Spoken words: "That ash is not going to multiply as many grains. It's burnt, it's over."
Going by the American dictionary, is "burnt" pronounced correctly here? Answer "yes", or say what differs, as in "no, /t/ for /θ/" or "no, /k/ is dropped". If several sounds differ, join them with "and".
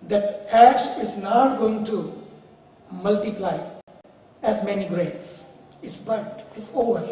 no, /n/ is dropped